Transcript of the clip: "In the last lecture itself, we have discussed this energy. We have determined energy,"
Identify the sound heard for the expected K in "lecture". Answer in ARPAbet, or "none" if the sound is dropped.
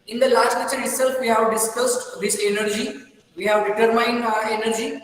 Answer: none